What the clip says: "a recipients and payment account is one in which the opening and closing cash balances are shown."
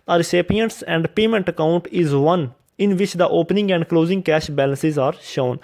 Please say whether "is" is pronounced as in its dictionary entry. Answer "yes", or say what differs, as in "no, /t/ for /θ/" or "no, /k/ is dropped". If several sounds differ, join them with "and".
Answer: yes